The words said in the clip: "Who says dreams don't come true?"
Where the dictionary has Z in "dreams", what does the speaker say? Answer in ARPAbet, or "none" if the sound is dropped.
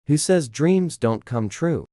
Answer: Z